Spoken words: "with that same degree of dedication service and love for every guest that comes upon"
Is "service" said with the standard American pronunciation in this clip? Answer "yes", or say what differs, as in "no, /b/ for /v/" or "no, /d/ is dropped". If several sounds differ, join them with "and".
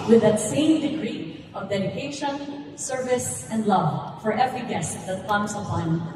yes